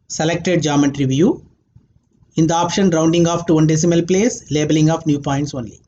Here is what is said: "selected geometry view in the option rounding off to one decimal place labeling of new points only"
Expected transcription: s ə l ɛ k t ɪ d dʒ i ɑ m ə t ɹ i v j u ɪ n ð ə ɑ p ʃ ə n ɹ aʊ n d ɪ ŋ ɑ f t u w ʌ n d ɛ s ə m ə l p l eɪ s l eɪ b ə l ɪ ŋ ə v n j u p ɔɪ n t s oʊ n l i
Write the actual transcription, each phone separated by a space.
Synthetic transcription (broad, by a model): s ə l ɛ k t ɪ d dʒ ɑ m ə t ɹ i v j u ɪ n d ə ɑ p ʃ ə n ɹ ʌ n d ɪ ŋ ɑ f t u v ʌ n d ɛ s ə m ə l p l eɪ s l eɪ b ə l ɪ ŋ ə p n j u p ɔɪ n t s oʊ n l i